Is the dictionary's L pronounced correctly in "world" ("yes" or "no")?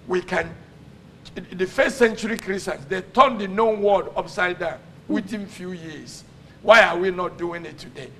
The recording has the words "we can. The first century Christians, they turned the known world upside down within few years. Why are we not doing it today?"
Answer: no